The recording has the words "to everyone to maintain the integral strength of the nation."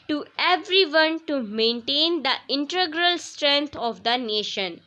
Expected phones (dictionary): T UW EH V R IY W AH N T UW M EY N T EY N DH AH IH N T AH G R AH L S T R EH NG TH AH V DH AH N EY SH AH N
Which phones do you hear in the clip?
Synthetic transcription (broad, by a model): T UW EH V R IY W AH N T UW M EY N T EY N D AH IH N T AH G R AH L S T R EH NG T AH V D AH N EY SH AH N